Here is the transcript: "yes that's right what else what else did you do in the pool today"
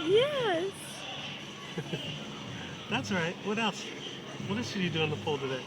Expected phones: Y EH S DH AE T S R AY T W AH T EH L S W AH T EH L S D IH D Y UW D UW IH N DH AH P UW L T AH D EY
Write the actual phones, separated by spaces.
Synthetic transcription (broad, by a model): Y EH S DH AE T S R AY T W AH T EH L S W AH T EH L S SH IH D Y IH D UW IH N DH AH F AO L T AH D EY